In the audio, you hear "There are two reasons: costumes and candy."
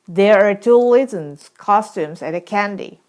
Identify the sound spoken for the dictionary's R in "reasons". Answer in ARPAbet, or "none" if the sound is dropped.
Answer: L